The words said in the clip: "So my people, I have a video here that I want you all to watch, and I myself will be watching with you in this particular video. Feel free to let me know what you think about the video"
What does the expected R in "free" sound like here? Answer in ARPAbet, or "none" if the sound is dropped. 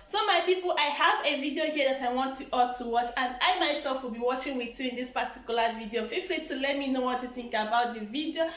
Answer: L